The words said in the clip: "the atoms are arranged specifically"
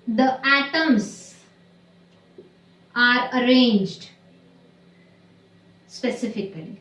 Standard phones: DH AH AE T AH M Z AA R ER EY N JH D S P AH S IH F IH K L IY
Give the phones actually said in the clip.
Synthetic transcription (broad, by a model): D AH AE T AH M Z AA R ER EY N JH D S P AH S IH F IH K L IY